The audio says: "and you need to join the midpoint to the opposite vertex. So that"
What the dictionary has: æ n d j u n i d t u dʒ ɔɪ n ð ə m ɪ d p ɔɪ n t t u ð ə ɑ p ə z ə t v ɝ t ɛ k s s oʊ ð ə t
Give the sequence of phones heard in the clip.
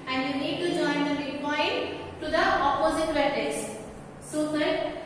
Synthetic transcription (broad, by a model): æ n d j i n i d t u dʒ ɔɪ n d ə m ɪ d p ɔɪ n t t u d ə ɑ p ə z ə t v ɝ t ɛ s s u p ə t